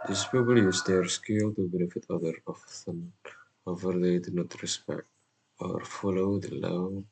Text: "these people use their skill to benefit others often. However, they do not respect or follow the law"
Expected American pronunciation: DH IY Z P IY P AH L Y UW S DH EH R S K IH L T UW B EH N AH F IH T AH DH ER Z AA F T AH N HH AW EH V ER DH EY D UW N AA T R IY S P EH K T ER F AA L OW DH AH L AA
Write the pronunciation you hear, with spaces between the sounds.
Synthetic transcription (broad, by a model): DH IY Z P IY B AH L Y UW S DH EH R S K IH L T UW B EH N AH F IH T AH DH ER AA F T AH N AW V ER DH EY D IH N AA T R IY S P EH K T ER F AA L OW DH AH L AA